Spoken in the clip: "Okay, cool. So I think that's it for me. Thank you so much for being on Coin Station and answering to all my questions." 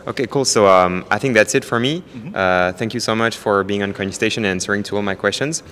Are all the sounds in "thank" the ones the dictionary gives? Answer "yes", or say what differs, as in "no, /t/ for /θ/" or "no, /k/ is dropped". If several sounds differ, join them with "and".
yes